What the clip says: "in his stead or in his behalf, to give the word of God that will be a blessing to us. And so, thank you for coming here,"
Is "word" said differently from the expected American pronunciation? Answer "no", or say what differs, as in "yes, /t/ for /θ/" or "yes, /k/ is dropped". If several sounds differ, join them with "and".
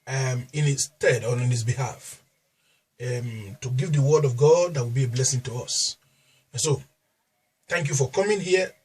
no